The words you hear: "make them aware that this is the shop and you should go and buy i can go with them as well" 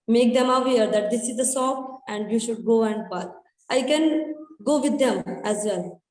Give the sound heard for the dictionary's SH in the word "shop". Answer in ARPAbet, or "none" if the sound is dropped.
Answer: S